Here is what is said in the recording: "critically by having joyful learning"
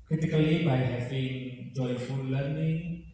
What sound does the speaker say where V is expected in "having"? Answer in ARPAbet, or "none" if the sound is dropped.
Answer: P